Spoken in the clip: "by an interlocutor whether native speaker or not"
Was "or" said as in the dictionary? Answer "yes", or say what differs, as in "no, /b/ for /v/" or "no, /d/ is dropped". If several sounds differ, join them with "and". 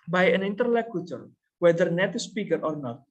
yes